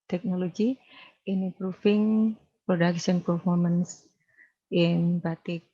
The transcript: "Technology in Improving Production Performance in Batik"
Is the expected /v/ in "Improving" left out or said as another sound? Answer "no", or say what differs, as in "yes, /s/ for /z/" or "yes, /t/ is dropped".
yes, /f/ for /v/